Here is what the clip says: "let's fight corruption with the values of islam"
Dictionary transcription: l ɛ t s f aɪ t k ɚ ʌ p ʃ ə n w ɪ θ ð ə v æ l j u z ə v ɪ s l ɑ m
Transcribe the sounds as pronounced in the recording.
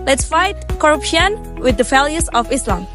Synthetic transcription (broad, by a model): l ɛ t s f aɪ t k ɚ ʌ p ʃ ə n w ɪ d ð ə f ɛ l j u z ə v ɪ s l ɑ m